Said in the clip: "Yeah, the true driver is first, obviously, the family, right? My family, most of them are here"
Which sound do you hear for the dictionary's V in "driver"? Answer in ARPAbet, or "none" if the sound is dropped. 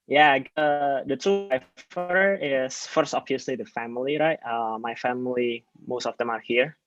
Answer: F